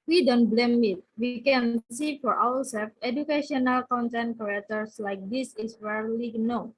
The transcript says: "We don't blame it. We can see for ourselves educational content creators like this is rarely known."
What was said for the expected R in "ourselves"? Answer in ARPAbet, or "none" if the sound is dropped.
W